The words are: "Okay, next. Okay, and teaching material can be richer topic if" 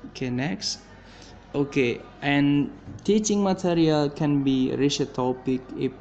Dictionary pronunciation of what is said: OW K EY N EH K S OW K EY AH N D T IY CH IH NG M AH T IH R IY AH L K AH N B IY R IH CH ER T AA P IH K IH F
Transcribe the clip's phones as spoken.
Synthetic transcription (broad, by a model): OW K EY N EH K S OW K EY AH N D T IY CH IH NG M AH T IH R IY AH L K AH N B IY R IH SH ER T AA P IH K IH